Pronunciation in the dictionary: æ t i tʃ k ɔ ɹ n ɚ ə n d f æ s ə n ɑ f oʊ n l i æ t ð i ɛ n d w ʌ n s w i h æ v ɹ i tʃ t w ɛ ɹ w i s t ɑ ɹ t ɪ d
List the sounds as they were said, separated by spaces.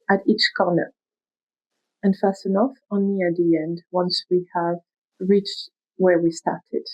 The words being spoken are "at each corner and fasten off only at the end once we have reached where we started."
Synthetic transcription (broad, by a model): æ t i tʃ k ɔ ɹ n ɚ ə n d f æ s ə n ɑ f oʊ n i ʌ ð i ɛ n d w ʌ n s w i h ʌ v ɹ i tʃ t w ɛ ɹ w i s t ɑ ɹ t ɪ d